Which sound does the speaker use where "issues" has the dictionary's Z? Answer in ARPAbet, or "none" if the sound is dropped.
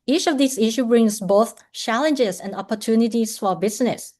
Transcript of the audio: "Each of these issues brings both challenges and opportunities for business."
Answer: none